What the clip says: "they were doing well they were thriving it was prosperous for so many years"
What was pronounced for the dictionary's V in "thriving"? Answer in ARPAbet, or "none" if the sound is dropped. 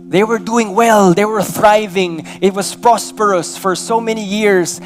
V